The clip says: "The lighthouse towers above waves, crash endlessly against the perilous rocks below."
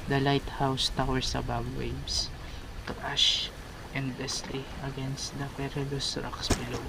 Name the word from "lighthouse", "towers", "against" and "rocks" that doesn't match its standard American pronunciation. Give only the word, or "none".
towers